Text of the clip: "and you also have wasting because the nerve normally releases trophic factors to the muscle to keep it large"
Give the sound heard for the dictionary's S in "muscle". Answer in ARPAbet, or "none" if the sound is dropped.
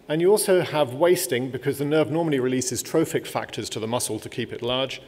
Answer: S